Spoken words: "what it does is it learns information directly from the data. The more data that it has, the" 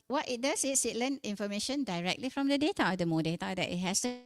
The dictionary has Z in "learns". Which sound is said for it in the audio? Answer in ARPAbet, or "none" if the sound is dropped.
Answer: none